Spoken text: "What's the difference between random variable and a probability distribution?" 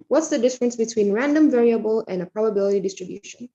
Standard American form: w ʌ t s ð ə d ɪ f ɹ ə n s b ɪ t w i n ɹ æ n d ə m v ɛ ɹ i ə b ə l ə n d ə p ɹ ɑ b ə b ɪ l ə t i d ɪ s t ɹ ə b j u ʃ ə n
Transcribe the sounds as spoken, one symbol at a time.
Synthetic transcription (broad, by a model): w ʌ t s ð ə d ɪ f ɹ ə n s b ɪ t w i n ɹ æ n d ə m v ɛ ɹ i ə b ə l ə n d ə p ɹ ɑ b ə b ɪ l ə t i d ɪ s t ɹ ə b j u ʃ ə n